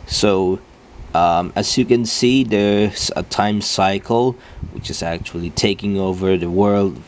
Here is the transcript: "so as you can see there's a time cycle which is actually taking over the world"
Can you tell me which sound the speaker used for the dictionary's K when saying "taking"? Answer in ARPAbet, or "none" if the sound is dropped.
K